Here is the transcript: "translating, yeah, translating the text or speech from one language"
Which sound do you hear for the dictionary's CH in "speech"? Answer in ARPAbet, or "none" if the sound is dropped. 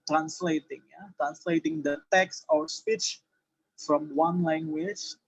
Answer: CH